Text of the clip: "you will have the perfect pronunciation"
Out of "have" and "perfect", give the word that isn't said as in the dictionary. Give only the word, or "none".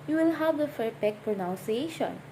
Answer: perfect